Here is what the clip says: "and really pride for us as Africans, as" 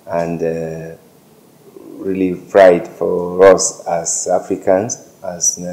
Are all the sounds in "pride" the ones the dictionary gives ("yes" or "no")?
no